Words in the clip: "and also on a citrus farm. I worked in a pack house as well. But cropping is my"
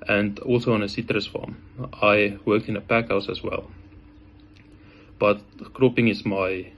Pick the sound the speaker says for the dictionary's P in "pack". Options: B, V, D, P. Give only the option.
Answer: P